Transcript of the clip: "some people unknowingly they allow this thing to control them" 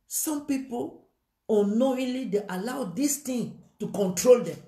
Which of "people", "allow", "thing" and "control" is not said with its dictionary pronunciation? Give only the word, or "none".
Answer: thing